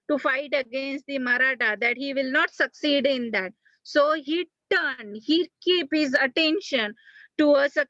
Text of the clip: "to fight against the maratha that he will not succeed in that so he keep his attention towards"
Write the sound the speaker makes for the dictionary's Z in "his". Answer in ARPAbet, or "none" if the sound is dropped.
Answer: Z